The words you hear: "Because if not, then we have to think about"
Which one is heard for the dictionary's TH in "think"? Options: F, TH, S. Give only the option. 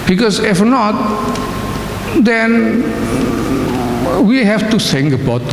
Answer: S